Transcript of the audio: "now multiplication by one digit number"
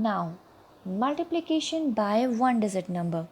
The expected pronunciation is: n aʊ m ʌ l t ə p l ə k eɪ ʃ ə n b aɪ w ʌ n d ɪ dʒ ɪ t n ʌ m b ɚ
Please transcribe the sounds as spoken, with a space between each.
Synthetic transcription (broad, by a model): n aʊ m ʌ l t ə p l ə k eɪ ʃ ə n b aɪ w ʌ n d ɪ z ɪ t n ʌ m b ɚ